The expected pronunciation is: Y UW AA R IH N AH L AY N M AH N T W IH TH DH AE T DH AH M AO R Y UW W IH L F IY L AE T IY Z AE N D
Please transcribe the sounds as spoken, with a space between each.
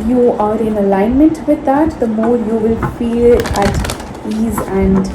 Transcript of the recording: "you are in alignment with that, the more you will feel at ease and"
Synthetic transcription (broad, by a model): Y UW AA R IH N AH L AY N M AH N T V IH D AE T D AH M AO R Y UW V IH L F IY L AE T IY Z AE N D